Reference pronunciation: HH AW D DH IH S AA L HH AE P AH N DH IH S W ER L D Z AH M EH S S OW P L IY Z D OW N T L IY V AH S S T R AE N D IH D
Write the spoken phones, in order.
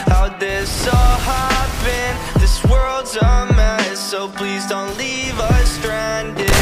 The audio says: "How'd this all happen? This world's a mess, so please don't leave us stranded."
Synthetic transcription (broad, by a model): HH AW DH IH S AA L HH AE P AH N DH IH S W ER L D Z AH M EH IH S OW P L IY Z D OW N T L IY V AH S S T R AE N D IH